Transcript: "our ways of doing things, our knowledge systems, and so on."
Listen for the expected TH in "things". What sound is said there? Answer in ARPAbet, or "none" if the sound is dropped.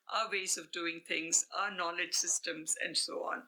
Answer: T